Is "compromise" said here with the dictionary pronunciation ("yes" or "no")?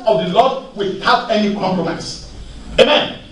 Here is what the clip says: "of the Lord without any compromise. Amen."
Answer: no